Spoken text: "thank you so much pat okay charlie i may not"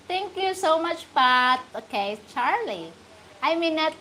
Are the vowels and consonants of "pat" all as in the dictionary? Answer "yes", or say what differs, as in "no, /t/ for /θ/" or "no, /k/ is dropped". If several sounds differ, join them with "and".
no, /b/ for /p/